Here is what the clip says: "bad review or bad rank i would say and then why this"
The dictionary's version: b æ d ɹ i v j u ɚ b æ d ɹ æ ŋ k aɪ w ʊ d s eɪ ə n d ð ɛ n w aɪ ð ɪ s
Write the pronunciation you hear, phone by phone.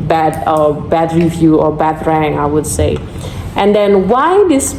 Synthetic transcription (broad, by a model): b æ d ɹ i v j u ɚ b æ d ɹ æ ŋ aɪ w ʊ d s eɪ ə n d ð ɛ n w aɪ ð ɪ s